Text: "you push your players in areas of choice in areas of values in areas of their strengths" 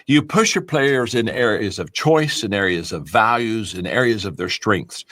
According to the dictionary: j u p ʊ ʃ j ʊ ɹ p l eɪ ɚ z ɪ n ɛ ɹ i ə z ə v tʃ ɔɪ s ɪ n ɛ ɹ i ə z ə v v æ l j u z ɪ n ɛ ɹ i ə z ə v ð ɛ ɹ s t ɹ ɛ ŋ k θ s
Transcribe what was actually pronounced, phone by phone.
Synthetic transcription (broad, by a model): j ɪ p ʊ ʃ j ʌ ɹ p l eɪ ɚ z ɪ n ɛ ɹ i ə z ə v tʃ ɔɪ s ɪ n ɛ ɹ i ə z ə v v æ l j u z ɪ n ɛ ɹ i ə z ə v ð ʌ ɹ s t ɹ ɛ ŋ k θ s